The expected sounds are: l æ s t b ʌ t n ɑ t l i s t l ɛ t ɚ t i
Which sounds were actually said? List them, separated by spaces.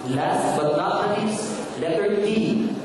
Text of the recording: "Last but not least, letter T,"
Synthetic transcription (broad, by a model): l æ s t b ʌ t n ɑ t n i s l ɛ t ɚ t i